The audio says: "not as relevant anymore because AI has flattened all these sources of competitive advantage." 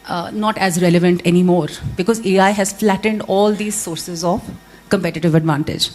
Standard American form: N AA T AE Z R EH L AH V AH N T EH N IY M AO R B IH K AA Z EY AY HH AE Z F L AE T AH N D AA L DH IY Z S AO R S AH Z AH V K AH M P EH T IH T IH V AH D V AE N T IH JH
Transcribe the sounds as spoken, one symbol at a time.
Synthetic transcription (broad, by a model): N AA T AE Z R EH L AH V AH N T EH N IY M AO R B IH K AA Z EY AY HH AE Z F L AE T AH N D AA L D IY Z S AO R S AH Z AH V K AH M P EH T IH T IH V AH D V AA N T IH JH